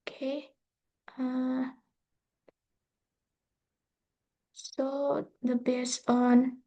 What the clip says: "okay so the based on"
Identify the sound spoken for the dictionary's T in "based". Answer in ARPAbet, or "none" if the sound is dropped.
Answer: none